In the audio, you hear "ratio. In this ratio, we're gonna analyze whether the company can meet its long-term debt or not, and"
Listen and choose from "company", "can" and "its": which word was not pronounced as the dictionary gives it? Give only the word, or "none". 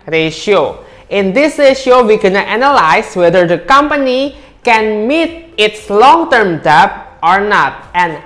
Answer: none